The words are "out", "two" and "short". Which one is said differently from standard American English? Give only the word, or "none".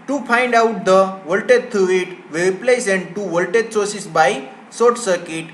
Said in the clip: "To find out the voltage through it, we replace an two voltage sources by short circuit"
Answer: short